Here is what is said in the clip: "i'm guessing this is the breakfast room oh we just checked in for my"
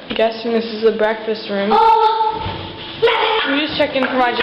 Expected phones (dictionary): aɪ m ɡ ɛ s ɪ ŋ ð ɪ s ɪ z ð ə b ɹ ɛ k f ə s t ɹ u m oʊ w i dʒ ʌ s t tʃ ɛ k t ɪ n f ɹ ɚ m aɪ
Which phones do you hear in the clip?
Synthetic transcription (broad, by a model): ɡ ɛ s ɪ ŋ ð ɪ s ɪ z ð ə b ɹ ɛ k f ə s t ɹ u m w i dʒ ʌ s tʃ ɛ k ɪ n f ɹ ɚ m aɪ